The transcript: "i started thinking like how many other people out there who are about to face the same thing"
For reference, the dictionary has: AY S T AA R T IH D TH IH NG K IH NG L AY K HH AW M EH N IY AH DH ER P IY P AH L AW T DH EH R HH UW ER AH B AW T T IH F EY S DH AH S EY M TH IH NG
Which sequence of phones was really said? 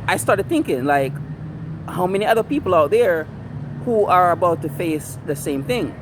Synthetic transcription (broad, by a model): AY S T AA R T IH D TH IH NG K IH NG L AY K HH AW M EH N IY AH DH ER P IY P L AW T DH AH R HH UW ER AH B AW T T IH F EY S DH AH S EY M TH IH NG